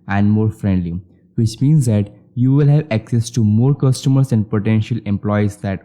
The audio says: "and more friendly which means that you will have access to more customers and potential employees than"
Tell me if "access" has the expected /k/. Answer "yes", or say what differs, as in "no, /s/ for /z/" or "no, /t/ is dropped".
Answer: yes